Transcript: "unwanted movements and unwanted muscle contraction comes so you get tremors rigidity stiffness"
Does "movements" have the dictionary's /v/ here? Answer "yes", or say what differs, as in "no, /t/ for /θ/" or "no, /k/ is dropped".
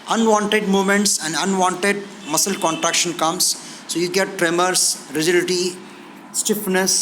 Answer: no, /v/ is dropped